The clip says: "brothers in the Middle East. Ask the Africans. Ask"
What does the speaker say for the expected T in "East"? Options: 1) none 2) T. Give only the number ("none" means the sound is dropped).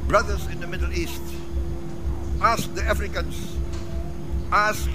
2